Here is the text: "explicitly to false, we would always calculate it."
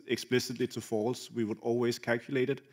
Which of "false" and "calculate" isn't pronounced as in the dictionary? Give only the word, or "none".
none